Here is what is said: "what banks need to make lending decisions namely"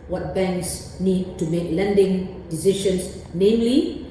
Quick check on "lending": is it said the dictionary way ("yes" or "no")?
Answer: yes